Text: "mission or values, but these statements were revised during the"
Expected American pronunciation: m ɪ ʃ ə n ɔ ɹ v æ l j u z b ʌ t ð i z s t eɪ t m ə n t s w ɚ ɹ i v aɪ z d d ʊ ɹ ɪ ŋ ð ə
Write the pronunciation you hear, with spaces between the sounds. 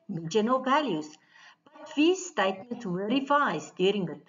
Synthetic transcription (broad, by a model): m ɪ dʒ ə n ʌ l v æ l j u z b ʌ t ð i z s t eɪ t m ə n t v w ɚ ɹ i f aɪ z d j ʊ ɹ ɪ ŋ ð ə